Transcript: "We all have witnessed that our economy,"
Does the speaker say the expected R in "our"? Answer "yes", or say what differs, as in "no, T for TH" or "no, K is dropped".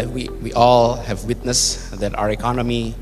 yes